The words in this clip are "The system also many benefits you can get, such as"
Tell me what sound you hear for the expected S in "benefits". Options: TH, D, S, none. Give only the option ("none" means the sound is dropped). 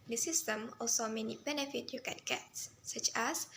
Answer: none